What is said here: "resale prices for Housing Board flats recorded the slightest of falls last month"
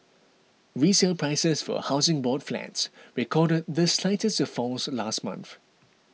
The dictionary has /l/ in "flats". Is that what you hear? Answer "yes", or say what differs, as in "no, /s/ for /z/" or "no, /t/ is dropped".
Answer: yes